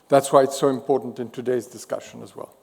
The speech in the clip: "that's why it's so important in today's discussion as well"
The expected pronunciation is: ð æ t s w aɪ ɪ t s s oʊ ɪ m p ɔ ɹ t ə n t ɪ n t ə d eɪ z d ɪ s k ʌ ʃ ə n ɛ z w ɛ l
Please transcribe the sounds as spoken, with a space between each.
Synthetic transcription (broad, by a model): ð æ t s w aɪ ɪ t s s oʊ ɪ m p ɔ ɹ t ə n t ɪ n t ə d eɪ z d ɪ s k ʌ ʃ ə n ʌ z w ɛ l